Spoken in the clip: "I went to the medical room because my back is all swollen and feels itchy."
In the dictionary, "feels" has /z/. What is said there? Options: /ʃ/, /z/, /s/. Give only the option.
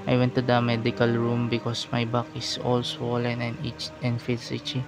/s/